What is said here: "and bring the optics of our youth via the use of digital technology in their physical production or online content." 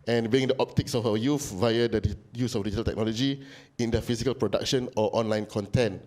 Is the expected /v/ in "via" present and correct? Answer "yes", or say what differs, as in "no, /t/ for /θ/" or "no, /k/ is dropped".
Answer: yes